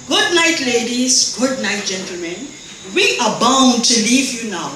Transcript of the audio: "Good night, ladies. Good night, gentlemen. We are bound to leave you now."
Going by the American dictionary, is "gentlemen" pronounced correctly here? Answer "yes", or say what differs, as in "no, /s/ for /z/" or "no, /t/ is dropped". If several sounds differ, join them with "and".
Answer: yes